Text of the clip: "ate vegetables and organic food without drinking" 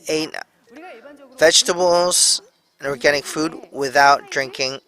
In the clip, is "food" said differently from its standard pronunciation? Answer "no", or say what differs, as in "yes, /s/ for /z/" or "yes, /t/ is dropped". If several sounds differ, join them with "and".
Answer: no